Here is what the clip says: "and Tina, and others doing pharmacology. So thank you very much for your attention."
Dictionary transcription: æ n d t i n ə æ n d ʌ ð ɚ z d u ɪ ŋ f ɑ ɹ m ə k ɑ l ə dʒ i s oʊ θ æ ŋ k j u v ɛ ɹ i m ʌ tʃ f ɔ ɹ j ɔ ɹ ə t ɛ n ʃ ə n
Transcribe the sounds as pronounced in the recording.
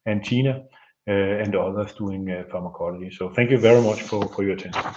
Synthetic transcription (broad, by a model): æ n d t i n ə æ n d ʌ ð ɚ s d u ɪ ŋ f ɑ m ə k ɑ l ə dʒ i s oʊ θ æ ŋ k j u v ɛ ɹ i m ʌ tʃ f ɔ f j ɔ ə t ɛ n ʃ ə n